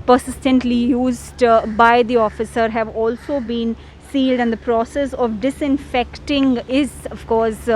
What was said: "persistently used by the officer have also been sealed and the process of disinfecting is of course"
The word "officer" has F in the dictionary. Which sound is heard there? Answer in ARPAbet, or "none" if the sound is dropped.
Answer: F